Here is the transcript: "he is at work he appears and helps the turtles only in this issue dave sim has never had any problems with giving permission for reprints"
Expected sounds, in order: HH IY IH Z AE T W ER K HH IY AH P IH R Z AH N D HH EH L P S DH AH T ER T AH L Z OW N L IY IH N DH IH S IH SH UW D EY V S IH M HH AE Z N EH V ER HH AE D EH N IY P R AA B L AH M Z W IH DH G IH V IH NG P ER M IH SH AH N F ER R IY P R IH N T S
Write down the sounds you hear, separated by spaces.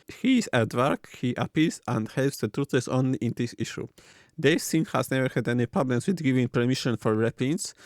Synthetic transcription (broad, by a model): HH IY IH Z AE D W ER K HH IY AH P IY L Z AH N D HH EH L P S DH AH T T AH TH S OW N L IY IH N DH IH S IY SH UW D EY S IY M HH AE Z N EH V ER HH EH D EH N IY P R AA B L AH M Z W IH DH G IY V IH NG P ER M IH SH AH N F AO R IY P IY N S